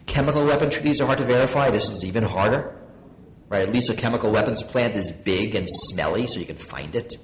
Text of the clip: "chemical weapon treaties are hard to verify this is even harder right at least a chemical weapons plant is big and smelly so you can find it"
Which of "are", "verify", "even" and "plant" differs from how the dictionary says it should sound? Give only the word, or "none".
none